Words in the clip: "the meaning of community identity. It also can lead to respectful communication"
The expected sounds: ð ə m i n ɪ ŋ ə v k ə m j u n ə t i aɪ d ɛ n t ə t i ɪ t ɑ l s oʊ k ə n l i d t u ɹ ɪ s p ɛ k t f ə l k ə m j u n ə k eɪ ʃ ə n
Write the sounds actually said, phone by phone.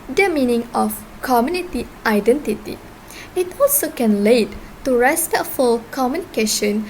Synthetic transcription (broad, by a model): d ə m i n ɪ ŋ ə f k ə m j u n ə t i aɪ d ɛ n t ə t i ɪ t ɑ l s oʊ k ə n l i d t u ɹ ɪ s p ɛ k t f ə l k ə m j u n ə k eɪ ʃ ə n